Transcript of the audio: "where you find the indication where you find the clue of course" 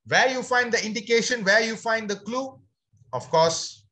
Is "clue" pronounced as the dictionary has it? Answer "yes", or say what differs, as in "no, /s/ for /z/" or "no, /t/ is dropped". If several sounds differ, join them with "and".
yes